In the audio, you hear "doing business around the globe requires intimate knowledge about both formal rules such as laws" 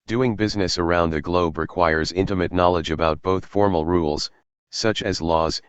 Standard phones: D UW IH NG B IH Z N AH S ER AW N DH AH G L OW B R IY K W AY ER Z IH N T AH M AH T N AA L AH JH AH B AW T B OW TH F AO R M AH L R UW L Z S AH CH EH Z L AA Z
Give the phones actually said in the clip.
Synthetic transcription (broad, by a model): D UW IH NG B IH Z N AH S ER AW N DH AH G L OW B R IY K W AY ER Z IH N T AH M AH T N AA L AH JH AH B AW T B OW TH F AO R M L R UW L Z S AH CH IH Z L AA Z